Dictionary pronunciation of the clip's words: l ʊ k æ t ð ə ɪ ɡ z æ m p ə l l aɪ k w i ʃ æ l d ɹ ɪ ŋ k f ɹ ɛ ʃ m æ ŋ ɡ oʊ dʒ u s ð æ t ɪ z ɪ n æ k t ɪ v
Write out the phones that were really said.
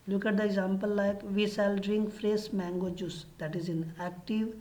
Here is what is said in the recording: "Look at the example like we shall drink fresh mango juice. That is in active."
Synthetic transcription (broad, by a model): l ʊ k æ t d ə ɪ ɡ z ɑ m p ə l l aɪ k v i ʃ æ l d ɹ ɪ ŋ k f ɹ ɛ s m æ ŋ ɡ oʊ dʒ u s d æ t ɪ z ɪ n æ k t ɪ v